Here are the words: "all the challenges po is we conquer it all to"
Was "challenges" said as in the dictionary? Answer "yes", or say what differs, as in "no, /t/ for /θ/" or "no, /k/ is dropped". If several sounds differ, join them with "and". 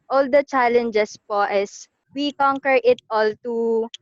no, /s/ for /z/